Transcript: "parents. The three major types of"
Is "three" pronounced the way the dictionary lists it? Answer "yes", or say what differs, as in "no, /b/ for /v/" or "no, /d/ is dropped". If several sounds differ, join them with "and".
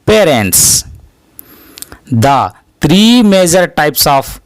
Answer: no, /t/ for /θ/